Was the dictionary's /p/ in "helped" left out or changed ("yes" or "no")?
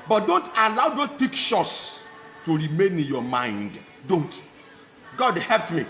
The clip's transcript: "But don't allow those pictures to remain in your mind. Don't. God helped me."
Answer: no